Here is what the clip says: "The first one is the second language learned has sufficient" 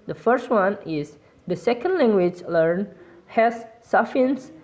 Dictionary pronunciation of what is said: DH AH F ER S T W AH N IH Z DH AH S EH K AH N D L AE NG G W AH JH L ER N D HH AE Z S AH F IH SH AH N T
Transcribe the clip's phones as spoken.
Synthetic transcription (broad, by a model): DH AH F ER S T W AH N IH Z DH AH S EH K AH N D L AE NG G W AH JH L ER N HH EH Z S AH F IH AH N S